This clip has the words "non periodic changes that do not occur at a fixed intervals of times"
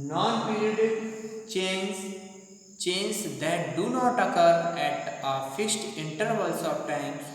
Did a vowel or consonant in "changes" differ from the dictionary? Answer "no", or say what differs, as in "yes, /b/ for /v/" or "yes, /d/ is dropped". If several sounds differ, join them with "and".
yes, /tʃ/ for /dʒ/